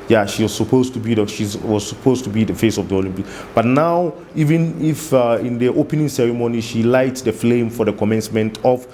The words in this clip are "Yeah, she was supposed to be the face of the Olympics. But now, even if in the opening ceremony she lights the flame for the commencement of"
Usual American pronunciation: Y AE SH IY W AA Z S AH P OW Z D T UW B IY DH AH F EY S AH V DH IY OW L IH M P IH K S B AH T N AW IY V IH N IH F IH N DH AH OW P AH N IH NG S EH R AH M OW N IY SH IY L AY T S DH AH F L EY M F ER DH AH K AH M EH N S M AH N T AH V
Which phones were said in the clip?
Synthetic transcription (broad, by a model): Y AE SH IY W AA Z S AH P OW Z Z T UW B IY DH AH F EY S AH V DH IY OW L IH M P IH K B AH T N AW IY V IH N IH F IH N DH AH OW P AH N IH NG S EH R AH M OW N IY SH IY L AY T S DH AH F L EY M F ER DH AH K AH M EH N S M AH N T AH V